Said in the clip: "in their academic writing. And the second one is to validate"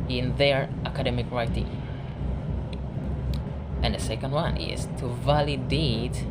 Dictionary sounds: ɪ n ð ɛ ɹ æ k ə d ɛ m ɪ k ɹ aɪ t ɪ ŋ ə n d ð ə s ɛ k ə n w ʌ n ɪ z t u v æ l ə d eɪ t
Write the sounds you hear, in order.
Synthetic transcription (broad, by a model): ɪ n ð ɛ ɹ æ k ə d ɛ m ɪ k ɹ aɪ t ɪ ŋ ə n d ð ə s ɛ k ə n w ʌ n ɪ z t u v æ l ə d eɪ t